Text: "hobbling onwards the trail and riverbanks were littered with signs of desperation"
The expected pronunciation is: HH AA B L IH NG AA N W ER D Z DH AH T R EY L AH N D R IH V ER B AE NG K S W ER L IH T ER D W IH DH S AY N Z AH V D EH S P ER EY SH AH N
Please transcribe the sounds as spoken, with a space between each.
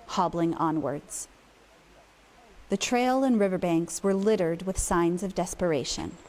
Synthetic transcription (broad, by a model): HH AA B L IH NG AA N W ER D Z DH AH T R EY L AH N R IH V ER B AE NG K S W ER L IH T ER D W IH DH S AY N Z AH V D EH S P ER EY SH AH N